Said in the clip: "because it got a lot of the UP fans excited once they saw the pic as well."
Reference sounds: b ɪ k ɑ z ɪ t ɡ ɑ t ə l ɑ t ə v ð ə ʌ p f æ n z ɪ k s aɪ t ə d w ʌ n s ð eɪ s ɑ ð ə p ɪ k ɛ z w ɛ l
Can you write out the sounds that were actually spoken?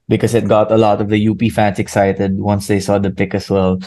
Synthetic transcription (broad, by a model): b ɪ k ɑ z ɪ t ɡ ɑ t ə l ɑ t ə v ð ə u p f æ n s ɪ k s aɪ t ə d w ʌ n s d eɪ s ɑ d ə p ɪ k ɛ s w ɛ l